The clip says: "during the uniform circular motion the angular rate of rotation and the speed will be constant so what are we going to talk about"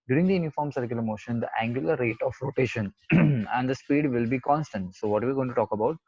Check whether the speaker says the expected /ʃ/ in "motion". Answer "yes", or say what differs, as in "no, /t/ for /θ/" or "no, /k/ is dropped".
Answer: yes